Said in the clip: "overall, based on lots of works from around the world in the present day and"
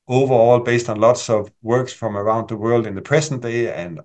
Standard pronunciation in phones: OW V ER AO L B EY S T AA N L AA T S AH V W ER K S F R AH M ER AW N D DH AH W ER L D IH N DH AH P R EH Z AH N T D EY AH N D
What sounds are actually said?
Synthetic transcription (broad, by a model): OW V ER AO L B EY S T N L AA T S AH V W ER K S F R AH M ER AW N D DH AH W ER L D IH N DH AH P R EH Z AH N D EY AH N